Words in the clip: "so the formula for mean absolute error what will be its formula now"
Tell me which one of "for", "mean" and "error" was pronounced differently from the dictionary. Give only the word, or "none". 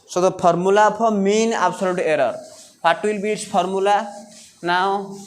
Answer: for